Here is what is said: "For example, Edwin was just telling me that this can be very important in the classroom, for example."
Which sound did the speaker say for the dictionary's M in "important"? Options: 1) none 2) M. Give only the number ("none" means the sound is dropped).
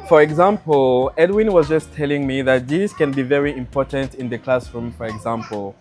2